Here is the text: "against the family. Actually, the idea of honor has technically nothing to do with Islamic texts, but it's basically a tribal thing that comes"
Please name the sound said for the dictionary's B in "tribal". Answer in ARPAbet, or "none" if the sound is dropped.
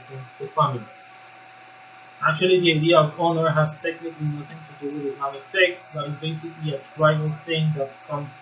none